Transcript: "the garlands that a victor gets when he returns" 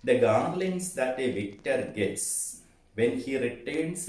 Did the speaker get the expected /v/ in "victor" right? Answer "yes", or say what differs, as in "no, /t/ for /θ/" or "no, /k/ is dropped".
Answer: yes